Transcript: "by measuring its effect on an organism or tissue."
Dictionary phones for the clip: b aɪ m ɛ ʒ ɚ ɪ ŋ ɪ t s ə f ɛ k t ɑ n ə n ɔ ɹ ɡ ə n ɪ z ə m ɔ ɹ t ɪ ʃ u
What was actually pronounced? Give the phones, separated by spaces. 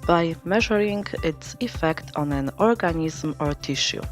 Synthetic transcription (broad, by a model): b aɪ m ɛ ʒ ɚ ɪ ŋ ɪ t s ə f ɛ k t ɑ n ə n ɔ ɹ ɡ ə n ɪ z m ɔ ɹ t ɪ ʃ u